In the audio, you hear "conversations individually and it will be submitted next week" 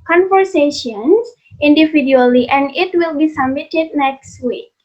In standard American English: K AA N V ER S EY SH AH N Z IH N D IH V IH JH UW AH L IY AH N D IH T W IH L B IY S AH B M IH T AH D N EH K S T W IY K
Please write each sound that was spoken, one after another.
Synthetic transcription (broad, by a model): K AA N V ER S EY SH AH N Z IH N D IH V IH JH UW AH L IY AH N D IH T W IH L B IY S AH M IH T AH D N EH K S T W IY K